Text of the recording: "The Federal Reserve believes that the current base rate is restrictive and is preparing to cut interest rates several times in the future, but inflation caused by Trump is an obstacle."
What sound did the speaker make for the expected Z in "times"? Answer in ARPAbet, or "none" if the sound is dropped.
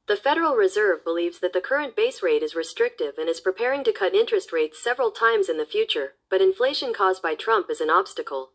Z